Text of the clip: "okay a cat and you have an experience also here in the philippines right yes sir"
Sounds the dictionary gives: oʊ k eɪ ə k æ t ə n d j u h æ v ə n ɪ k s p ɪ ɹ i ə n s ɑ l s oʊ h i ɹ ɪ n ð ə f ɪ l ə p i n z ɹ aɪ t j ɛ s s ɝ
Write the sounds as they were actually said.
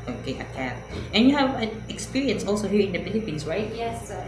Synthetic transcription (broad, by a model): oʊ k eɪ ə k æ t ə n j u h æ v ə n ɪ k s p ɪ ɹ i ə n s ɑ l s oʊ h i ɹ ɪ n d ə p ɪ n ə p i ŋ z ɹ aɪ t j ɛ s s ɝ